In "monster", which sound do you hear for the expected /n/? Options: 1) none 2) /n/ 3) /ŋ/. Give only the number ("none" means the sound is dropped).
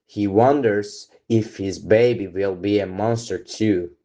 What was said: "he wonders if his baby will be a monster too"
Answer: 2